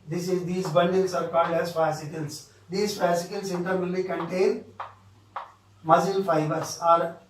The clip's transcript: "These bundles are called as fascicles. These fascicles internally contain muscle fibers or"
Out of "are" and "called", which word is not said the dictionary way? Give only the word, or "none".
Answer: called